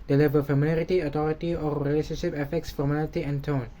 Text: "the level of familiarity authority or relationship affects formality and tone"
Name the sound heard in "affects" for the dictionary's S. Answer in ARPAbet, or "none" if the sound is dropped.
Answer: S